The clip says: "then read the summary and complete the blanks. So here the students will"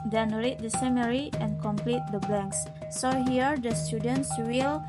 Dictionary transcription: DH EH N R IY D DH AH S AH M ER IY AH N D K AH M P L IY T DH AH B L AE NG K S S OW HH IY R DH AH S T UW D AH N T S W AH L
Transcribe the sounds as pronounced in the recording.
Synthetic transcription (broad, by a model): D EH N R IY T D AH S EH M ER IY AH N K AH M P L IY T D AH B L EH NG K S S OW HH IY R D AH S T UW D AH N T S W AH L